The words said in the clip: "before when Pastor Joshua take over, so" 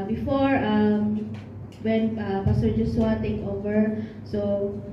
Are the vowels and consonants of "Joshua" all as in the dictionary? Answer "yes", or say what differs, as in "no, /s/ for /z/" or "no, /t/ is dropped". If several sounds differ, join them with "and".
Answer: no, /s/ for /ʃ/